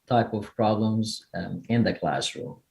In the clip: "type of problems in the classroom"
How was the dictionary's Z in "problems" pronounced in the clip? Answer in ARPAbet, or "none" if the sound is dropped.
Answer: Z